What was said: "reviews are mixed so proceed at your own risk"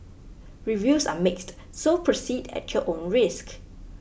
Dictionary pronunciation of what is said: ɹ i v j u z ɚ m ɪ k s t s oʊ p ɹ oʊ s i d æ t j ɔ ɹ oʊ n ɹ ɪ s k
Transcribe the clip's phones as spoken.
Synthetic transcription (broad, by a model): ɹ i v j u s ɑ m ɪ k s t s oʊ p ɹ oʊ s i d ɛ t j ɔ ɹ oʊ n ɹ ɪ s k